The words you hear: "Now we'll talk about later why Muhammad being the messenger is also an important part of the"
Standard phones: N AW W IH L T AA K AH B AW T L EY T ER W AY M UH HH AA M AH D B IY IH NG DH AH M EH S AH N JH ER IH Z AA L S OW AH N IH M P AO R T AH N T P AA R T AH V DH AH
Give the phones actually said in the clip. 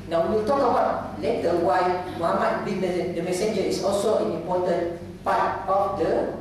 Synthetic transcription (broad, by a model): N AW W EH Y T AA K AH B AW T L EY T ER W AY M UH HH AA M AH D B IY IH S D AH M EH S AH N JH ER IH S AA L S OW AH N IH M P AO T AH N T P AA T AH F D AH